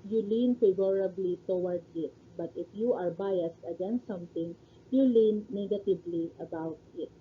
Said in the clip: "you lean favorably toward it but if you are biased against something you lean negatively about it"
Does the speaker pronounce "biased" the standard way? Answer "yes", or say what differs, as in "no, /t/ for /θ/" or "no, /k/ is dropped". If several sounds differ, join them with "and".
yes